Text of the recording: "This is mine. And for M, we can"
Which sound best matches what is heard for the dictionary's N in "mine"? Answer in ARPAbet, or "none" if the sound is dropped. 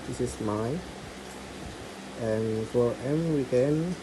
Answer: none